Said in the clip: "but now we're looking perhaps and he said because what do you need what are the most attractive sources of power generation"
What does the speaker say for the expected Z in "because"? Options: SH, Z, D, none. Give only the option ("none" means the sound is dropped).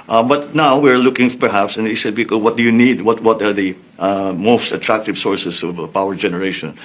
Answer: none